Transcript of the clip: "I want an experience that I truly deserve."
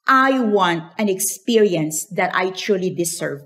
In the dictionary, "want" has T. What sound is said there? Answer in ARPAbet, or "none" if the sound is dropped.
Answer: T